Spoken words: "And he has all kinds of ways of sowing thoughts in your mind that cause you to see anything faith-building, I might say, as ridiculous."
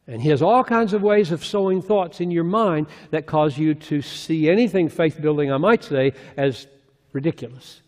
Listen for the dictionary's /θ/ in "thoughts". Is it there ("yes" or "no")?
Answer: yes